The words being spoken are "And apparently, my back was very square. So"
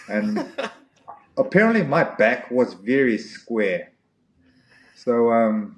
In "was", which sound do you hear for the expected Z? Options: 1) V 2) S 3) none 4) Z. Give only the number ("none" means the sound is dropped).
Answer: 4